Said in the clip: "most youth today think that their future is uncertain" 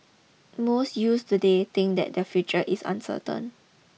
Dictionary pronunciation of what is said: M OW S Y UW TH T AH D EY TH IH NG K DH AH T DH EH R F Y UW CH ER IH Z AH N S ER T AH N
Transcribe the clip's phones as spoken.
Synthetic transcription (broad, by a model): M OW S Y UW S T AH D EY T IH NG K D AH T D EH F Y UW CH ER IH S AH N S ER T AH N